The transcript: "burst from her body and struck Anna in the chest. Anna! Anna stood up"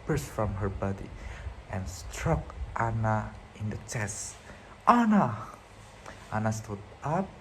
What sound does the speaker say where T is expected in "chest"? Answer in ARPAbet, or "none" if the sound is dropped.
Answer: T